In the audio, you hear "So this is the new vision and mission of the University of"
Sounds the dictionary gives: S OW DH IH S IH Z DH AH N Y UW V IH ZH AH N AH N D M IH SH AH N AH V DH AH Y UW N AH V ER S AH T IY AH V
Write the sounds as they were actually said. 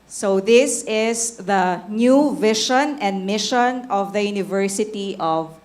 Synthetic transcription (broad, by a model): S OW DH IH S IH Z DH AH N Y UW V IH SH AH N AH N D M IH SH AH N AH V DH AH Y UW N AH V ER S AH T IY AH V